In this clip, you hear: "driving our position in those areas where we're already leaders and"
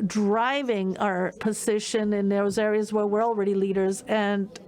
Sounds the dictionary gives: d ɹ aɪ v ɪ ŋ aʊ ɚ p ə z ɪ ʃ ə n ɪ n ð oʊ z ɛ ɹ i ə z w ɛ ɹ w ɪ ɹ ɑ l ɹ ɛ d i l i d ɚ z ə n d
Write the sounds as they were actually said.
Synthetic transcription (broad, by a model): d ɹ aɪ v ɪ ŋ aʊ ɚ p ə z ɪ ʃ ə n ɪ n ð oʊ z ɛ ɹ i ə z w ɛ ɹ w ɪ ɹ ɑ l ɹ ɛ d i l i d ɚ z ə n